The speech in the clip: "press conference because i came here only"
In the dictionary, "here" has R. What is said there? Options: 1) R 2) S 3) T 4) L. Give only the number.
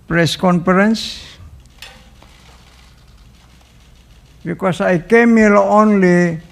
4